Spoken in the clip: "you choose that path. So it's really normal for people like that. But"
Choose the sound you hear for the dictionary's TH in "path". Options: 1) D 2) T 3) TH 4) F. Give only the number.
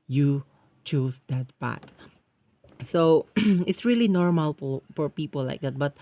2